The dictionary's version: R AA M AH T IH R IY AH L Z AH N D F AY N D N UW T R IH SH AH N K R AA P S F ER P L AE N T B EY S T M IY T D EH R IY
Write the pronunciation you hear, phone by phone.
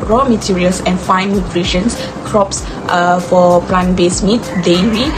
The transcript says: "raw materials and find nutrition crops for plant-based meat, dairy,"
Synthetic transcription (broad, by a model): R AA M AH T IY R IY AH L S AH N F AY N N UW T R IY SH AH N K R AA P S F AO P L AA N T B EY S M IY T D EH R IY